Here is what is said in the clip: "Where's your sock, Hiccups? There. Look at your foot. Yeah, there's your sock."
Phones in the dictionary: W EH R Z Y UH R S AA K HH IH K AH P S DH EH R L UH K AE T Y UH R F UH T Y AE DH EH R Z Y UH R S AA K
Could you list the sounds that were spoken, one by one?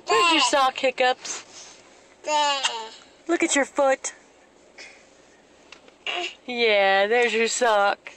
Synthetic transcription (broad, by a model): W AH R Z Y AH R S AA K HH IH K AH P S L UH K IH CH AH R F UH T Y AE DH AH R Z Y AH R S AA K